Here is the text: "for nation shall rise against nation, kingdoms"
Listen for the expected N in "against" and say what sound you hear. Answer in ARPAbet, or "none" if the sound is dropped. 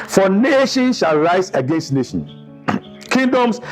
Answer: N